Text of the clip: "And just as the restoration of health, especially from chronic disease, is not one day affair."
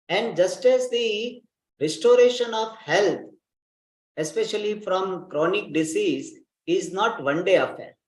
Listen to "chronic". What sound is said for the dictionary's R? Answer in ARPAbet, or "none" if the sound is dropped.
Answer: R